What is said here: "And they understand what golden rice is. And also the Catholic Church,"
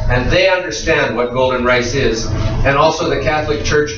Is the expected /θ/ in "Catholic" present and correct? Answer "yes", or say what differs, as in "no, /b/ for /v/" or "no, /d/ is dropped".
yes